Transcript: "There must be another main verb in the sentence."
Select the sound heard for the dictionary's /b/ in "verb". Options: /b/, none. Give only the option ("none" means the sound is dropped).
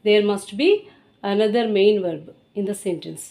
/b/